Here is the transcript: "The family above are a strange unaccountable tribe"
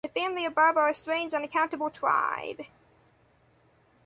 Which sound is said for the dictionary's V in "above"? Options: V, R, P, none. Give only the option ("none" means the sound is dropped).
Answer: V